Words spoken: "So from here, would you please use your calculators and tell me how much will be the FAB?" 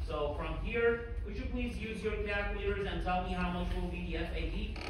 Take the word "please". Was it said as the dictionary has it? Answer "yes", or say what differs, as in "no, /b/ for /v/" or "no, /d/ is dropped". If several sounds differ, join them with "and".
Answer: yes